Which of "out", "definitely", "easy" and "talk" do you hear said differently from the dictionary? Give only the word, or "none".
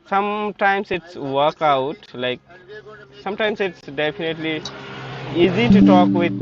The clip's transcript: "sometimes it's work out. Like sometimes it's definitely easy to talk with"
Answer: definitely